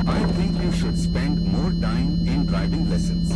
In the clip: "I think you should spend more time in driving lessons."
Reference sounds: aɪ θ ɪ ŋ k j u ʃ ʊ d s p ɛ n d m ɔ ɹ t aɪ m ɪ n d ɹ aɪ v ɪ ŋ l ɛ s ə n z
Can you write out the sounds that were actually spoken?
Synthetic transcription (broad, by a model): aɪ t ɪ ŋ k j u ʃ ʊ d s p ɛ n d m ɔ ɹ t aɪ m ɪ n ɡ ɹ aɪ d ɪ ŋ l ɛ s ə n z